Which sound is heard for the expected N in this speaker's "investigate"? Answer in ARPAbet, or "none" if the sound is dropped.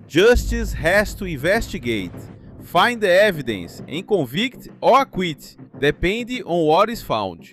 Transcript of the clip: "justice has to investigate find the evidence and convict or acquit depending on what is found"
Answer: none